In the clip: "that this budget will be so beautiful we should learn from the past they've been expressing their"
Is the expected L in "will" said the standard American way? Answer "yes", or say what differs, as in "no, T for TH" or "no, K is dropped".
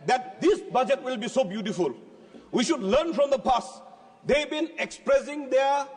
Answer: yes